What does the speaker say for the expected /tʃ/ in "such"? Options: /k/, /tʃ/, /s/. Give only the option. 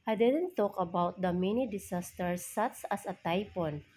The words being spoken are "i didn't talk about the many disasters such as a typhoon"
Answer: /s/